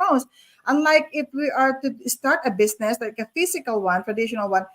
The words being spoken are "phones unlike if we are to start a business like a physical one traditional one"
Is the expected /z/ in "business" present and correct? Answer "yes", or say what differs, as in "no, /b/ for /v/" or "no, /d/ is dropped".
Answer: no, /s/ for /z/